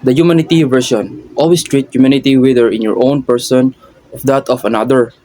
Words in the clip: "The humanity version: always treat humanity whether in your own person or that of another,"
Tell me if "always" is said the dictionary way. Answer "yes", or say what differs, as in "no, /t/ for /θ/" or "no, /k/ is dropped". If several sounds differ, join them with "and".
no, /s/ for /z/